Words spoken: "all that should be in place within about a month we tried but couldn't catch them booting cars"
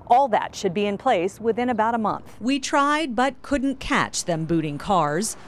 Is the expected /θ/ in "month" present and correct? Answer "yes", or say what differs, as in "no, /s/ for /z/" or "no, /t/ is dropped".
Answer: yes